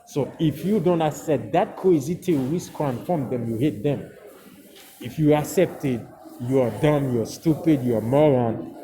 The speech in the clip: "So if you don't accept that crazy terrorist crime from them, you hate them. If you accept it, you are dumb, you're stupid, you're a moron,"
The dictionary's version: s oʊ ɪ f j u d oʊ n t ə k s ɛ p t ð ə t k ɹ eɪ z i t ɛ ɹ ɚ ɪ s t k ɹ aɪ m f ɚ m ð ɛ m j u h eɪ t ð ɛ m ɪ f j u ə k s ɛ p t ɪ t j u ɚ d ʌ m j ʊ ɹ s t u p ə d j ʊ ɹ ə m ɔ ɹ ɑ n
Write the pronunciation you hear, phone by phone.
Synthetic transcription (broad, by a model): s oʊ ɪ f j u d oʊ n t ə k s ɛ p t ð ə t k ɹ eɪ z i t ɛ l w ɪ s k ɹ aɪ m f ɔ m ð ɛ m j u h eɪ t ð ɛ m ɪ f j u ə k s ɛ p t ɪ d j u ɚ d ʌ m j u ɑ s t u p ə d j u ə m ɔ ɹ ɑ n